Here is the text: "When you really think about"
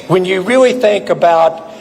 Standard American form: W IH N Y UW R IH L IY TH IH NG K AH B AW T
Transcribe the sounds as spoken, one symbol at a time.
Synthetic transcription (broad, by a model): W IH N Y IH R IH L IY TH IH NG K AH B AW T